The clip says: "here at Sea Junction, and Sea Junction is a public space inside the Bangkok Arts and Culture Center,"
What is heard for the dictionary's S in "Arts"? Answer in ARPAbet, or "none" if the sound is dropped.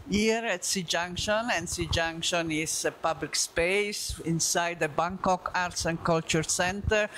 S